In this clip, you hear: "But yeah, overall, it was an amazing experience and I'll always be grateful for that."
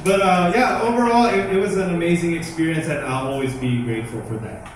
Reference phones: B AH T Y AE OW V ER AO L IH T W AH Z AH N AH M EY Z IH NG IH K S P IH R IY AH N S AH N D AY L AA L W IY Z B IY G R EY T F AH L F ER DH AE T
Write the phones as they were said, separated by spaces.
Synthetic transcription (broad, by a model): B AH T Y AE OW V ER AO L IH T W AH Z AH N AH M EY Z IH NG IH K S P IH R IY AH N S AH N AY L AA L W IY Z B IY G R EY T F L F ER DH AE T